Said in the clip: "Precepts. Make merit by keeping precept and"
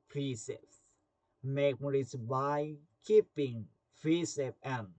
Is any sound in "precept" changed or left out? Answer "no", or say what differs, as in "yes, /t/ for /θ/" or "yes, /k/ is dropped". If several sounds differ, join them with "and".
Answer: yes, /t/ is dropped